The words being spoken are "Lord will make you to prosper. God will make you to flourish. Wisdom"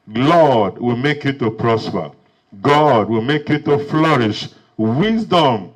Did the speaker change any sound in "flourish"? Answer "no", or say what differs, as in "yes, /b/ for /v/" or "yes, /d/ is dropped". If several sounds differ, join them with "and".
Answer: no